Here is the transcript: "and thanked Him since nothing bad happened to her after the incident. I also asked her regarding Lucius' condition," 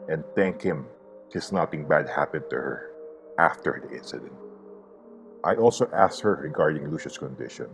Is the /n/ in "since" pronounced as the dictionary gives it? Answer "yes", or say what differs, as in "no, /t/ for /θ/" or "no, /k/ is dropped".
no, /n/ is dropped